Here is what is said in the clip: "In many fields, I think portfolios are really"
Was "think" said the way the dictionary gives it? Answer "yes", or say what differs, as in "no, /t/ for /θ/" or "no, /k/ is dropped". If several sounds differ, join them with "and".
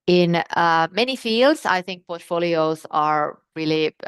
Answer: yes